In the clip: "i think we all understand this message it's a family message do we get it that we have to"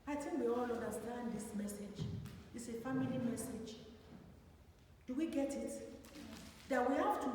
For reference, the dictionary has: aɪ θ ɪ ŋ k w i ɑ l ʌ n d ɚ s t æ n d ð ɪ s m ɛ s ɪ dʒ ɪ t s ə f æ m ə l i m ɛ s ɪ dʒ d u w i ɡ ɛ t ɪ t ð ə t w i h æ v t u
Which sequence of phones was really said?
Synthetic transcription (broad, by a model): aɪ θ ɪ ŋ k w i ɑ l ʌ n d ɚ s t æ n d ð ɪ s m ɛ s ɪ dʒ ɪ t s ə f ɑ m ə l i m ɛ s ɪ dʒ d u w i ɡ ɛ t ɪ t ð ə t w i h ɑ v t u